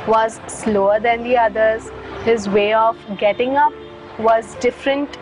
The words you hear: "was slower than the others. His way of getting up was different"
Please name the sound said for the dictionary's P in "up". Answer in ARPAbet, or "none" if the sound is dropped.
P